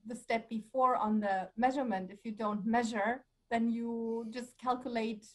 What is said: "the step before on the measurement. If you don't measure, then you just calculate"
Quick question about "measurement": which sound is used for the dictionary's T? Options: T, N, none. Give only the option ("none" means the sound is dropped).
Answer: T